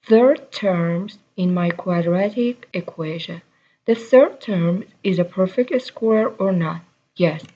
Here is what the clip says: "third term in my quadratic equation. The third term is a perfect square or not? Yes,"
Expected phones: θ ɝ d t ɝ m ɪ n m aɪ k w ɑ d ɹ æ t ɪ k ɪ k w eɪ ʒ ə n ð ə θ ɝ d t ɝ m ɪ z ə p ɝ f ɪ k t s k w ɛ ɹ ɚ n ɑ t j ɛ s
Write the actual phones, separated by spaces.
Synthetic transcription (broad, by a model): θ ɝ d t ɝ m ɪ n m aɪ k w ɑ d ɹ æ t ɪ k ɪ k w eɪ ʒ ə n ð ə θ ɝ d t ɝ m ɪ z ə p ɝ f ɪ k t s k w ɛ ɹ ɚ n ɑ t j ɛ s